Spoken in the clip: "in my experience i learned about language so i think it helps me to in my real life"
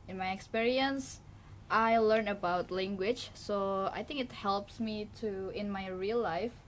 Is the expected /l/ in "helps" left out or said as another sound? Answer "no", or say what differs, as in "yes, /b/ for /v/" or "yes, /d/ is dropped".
no